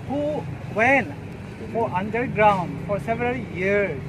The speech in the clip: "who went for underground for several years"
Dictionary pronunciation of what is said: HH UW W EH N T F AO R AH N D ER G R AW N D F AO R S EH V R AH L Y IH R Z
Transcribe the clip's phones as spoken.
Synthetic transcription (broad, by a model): HH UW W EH N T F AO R AH N D ER G R AW N D F AO R S EH V R AH L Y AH R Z